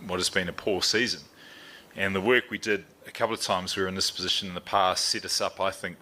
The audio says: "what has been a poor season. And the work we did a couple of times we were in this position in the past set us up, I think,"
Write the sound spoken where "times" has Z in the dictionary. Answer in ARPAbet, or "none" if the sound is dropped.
Z